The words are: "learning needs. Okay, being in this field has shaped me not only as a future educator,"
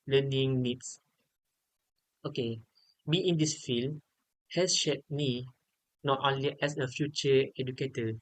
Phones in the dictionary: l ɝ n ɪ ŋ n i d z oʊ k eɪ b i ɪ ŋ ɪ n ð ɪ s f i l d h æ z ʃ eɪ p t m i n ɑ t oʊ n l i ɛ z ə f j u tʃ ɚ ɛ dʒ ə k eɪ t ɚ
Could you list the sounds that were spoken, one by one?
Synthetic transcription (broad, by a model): l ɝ n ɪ ŋ n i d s oʊ k eɪ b i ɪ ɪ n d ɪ s f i l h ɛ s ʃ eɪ t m i n ɑ t oʊ n l i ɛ s ə f j u tʃ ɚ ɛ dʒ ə k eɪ t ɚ